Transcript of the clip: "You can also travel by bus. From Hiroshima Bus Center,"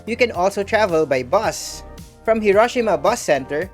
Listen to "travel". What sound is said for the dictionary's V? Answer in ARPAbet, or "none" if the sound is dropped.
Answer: V